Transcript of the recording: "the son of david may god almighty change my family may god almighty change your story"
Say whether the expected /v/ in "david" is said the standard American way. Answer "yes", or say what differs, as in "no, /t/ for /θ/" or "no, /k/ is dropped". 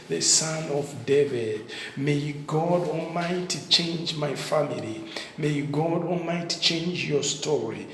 yes